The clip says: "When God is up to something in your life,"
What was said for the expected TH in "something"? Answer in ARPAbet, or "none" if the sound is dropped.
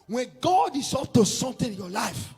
T